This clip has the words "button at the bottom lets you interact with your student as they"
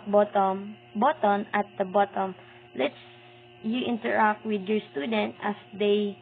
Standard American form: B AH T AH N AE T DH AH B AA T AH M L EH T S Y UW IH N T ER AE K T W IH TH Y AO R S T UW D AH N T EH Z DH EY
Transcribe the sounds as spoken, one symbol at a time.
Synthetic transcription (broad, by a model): B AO T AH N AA T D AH B AA T AH M L EH T S Y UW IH N T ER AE K T W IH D Y AO R S T UW D AH N T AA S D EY